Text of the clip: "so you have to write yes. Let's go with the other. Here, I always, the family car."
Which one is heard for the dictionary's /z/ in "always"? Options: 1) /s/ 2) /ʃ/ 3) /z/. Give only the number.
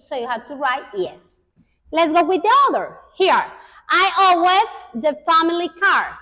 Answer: 1